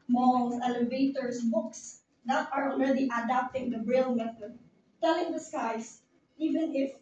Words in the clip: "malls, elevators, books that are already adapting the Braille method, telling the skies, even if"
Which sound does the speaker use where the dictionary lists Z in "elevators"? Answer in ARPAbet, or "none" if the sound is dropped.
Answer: S